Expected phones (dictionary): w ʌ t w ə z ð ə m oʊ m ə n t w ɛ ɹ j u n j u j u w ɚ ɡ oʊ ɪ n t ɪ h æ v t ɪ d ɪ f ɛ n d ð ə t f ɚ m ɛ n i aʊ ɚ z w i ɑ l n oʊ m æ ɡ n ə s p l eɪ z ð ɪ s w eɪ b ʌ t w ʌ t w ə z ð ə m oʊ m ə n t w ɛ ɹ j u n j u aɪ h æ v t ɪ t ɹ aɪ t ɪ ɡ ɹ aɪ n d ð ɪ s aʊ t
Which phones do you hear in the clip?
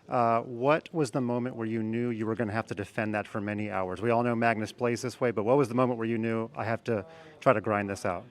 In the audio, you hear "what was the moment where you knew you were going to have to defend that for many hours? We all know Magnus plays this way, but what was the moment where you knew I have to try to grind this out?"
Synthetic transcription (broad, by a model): w ʌ t w ə z ð ə m oʊ m ə n t w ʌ ɹ j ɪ n j u j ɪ w ɚ ɡ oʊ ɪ n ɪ h æ f t ɪ d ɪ f ɛ n ð ə t f ɚ m ɛ n i aʊ ɚ z w i ɑ l n oʊ m æ ɡ n ə s p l eɪ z ð ɪ s w eɪ b ʌ t w ʌ t w ə z ð ə m oʊ m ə n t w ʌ ɹ j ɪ n j u aɪ h æ f t ɪ t ɹ aɪ t ɪ ɡ ɹ aɪ n ð ɪ s aʊ t